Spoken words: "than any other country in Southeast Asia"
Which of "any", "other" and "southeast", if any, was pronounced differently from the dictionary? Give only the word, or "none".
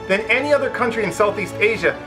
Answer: none